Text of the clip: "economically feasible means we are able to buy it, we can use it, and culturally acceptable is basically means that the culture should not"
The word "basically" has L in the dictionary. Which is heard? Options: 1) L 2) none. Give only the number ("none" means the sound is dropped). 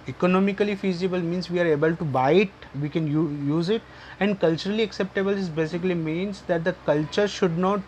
1